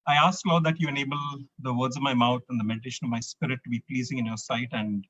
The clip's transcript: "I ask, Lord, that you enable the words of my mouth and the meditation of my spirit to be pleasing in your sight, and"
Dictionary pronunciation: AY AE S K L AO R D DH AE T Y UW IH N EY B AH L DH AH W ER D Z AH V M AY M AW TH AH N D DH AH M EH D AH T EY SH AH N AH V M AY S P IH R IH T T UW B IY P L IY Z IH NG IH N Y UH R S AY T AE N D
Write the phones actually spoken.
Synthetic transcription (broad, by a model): AY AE S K L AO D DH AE T Y UW IH N EY B AH L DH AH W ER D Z AH V M AY M AW T AH N D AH M EH D AH T EY SH AH N AH V M AY S P IH R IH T T UW B IY P L IY Z IH NG IH N Y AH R S AY T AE N D